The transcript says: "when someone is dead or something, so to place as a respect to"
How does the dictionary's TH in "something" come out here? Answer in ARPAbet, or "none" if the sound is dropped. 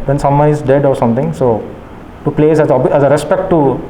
T